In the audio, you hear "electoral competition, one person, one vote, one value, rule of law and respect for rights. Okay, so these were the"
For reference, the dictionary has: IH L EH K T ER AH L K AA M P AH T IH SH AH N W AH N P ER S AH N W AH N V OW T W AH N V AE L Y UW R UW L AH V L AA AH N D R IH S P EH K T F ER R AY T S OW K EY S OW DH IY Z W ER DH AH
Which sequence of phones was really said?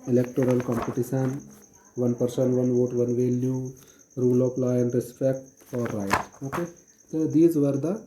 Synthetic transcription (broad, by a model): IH L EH K T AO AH L K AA M P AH T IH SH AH N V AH N P ER S AH N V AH N V OW T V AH N V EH L Y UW R UW L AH P L AA AH N D R IH S P EH K T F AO R AY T OW K EY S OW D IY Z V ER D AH